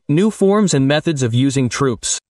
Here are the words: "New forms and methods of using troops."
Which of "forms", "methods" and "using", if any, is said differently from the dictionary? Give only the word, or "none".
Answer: none